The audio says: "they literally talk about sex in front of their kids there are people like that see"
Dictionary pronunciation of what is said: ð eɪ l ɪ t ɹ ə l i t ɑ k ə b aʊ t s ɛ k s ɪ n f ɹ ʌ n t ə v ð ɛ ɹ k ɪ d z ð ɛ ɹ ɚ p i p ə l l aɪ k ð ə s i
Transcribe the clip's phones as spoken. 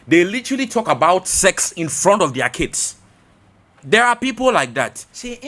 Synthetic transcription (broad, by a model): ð eɪ l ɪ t ɹ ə l i t ɑ k ə b aʊ t s ɛ k s ɪ n f ɹ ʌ n t ə v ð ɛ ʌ k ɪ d s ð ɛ ɹ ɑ p i p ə l l aɪ k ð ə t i